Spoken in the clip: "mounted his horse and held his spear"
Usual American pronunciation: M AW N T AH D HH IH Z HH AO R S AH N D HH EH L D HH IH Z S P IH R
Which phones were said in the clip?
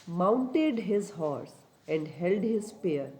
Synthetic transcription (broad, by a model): M AW N T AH D HH IH Z HH AO R S AH N D HH EH L D HH IH Z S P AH R